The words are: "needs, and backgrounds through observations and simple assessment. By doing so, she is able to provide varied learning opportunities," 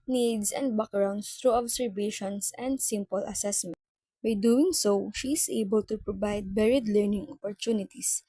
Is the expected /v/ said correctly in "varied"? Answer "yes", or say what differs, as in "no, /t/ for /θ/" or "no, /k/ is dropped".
no, /b/ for /v/